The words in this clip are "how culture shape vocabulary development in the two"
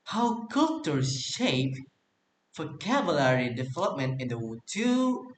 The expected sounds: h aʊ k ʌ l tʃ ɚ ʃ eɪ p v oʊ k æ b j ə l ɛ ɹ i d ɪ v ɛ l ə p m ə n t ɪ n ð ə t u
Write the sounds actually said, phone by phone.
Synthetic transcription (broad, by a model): h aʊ k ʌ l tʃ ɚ ʃ eɪ p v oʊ k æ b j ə l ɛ ɹ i d ɪ v ɛ l ə p m ə n t ɪ n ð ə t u